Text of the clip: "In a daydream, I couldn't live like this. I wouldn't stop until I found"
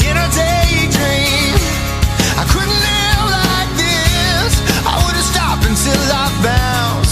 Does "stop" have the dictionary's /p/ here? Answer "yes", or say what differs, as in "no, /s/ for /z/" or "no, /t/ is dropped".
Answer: yes